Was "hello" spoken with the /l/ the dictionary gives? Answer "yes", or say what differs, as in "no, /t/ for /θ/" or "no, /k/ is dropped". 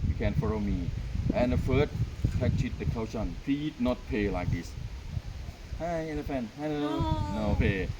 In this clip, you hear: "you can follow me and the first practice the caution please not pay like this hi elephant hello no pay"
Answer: no, /n/ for /l/